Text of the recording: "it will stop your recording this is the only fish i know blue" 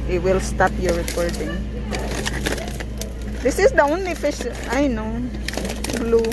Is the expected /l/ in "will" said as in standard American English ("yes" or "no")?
yes